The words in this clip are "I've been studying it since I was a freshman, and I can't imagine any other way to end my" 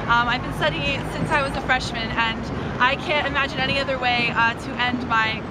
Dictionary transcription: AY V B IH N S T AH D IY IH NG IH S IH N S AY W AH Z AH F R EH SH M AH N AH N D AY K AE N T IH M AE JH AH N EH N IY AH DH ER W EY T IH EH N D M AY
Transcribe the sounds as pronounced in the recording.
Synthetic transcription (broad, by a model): AY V B IH N S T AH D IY S IH N S AY W AH Z AH F R EH SH M AH N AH N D AY K AE N T IH M AE JH AH N EH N IY AH DH ER W EY T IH EH N D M AY